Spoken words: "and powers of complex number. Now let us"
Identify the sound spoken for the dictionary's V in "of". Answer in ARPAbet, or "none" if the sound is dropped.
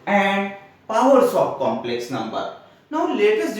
P